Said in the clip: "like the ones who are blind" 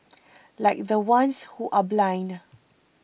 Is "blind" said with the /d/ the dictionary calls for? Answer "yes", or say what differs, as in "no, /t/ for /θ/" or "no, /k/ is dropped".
no, /d/ is dropped